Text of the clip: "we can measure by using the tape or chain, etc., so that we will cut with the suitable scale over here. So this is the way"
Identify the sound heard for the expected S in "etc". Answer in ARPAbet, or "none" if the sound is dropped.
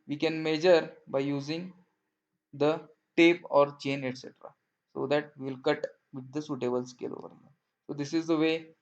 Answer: S